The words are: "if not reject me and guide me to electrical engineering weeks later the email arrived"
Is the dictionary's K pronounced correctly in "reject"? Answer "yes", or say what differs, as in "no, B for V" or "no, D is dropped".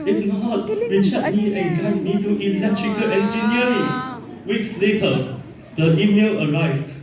no, K is dropped